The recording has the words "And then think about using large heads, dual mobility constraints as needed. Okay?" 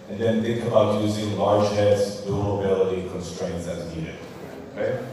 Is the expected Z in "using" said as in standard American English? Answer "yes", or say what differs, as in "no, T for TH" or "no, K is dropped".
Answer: yes